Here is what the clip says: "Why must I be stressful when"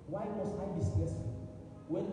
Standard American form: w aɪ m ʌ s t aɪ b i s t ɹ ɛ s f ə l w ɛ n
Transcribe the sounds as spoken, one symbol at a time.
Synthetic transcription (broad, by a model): w aɪ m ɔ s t aɪ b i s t ɛ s ə w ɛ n